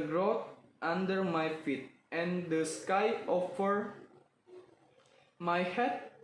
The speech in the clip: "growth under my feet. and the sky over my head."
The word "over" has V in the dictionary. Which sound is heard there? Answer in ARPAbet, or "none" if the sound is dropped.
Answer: F